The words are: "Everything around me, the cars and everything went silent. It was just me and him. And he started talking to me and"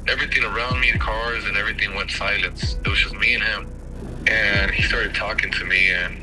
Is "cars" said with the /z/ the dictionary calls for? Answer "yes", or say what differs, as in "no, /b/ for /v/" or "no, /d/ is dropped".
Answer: yes